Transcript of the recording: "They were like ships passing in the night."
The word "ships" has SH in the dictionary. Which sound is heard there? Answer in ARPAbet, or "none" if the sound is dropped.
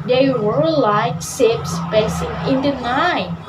S